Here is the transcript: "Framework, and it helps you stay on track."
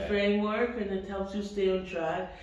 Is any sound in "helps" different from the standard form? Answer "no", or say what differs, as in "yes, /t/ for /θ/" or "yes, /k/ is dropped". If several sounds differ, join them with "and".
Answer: yes, /p/ is dropped